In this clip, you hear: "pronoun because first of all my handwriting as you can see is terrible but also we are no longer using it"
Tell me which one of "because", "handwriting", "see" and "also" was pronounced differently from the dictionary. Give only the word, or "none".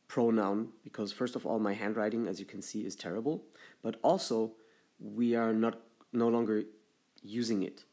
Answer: none